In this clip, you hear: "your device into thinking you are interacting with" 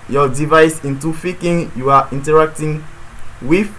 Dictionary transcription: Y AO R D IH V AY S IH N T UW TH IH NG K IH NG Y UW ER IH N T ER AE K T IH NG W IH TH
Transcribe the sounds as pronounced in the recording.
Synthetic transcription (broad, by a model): Y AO D IH V AY S IH N T UW F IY K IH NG Y UW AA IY N T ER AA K T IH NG W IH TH